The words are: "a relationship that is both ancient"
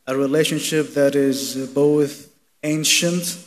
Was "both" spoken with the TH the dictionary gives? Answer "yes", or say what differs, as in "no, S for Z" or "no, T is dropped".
yes